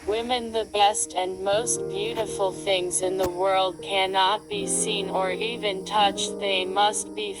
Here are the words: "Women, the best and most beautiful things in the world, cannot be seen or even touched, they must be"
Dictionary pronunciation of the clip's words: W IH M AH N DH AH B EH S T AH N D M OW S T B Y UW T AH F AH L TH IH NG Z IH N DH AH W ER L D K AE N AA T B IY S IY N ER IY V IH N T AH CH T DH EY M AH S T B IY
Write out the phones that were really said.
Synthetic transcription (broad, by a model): W IH M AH N DH AH B EH S T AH N M OW S T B Y UW T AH F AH L TH IH NG Z IH N DH AH W ER L D K AE N AA T B IY S IY N ER IY V IH N T AH CH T DH EY M AH S T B IY